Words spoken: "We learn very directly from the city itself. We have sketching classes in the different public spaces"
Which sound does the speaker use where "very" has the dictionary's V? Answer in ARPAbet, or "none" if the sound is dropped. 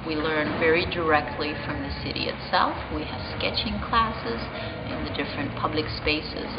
V